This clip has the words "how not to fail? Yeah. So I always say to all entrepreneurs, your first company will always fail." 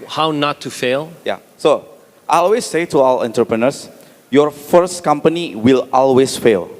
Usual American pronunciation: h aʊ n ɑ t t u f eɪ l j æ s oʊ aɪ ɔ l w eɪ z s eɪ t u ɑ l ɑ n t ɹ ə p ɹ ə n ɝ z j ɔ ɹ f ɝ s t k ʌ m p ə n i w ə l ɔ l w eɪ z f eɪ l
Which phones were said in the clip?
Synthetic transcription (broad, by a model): h aʊ n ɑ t t u f eɪ l j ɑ s oʊ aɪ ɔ l w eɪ s eɪ t u ɑ w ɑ n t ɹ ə p ɹ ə n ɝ s j ɔ ɹ f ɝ s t k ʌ m p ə n i w ə l ɔ l w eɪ s f eɪ l